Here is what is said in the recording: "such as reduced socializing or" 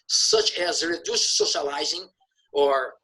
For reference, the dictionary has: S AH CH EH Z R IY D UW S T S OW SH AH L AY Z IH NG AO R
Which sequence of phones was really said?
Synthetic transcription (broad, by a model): S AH CH EH Z R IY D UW S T S OW SH AH L AY Z IH NG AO R